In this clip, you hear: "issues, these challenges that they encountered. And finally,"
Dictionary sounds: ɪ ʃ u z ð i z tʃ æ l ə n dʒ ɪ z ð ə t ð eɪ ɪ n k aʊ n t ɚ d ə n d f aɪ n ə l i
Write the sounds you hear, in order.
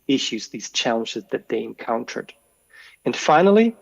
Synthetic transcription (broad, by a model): ɪ ʃ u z ð i z tʃ æ l ə n dʒ ɪ z ð ə t ð eɪ ɪ n k aʊ n t ɚ d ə n f aɪ n l i